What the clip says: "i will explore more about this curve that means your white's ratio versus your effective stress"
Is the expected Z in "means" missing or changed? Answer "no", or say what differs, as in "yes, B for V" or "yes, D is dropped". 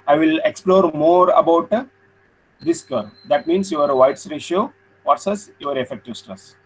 yes, S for Z